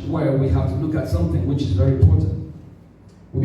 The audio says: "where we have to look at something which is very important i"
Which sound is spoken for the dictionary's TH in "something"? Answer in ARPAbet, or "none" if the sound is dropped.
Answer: TH